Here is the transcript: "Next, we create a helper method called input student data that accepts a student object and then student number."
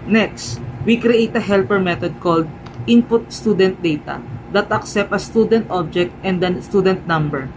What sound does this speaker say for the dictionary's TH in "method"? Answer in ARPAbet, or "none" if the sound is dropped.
T